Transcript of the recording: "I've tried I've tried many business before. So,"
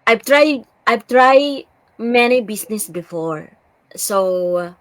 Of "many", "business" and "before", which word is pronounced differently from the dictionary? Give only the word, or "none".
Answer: business